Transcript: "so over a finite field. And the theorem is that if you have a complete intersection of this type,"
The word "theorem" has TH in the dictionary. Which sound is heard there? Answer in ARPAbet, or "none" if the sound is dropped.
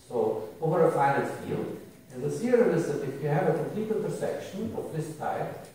S